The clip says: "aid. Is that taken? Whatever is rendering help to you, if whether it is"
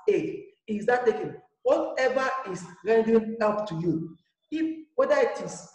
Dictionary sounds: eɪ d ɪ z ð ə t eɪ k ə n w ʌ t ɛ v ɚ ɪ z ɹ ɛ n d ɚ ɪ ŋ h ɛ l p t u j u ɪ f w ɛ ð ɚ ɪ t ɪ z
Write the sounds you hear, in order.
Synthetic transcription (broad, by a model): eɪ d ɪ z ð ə t eɪ k ə n w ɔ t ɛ v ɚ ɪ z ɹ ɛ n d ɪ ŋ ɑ p t u j u ɪ f w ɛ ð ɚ ɪ t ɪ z